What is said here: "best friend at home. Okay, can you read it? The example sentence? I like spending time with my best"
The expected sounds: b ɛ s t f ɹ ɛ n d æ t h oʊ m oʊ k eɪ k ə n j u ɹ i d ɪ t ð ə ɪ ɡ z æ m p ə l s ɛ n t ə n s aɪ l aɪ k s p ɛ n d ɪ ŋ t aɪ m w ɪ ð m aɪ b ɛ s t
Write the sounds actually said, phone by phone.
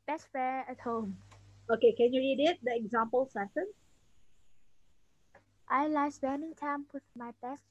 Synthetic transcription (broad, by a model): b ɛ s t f ɛ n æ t h oʊ m oʊ k eɪ k ə n j u ɹ i d ɪ t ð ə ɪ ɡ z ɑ m p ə l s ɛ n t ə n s aɪ l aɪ s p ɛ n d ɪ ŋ t aɪ m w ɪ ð m aɪ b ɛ s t